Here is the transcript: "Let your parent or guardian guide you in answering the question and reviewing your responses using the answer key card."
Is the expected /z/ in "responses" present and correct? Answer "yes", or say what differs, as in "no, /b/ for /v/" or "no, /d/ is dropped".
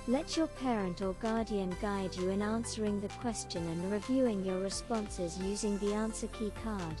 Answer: yes